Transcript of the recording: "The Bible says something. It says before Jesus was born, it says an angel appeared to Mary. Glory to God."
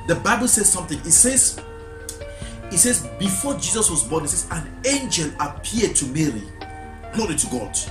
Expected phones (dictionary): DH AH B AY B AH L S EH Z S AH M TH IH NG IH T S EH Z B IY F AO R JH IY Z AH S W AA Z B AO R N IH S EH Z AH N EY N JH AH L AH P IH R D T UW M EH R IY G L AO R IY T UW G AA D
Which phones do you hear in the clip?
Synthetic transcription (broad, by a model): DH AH B AY B AH L S EH Z S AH M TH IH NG IH T S EH Z B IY F AO JH IY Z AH S W AA Z B AO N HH IH S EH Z AH N EY N JH AH L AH P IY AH D T UW M EH R IY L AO IY T UW G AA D